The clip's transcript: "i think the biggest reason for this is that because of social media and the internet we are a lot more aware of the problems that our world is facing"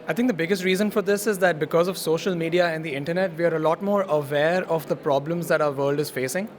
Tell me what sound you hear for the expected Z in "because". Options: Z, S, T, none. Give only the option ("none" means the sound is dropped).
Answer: Z